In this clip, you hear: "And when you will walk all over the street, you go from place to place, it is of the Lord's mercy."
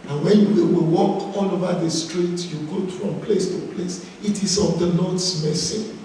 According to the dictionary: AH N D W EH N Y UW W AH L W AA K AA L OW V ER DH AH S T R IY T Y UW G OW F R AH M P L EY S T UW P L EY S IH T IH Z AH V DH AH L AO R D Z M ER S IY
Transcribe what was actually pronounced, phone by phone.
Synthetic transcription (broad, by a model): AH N W EH N Y UW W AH W W AA K AA L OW V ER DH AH S T R IY T Y UW G OW F R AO M P L EY S T UW P L EY S IH T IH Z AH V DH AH N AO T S M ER S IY